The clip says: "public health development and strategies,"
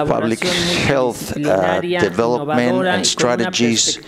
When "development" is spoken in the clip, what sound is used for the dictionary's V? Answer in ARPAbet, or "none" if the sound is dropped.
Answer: V